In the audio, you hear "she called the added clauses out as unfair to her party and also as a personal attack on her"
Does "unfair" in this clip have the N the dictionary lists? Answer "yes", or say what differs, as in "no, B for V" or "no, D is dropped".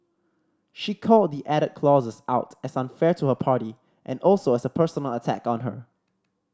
yes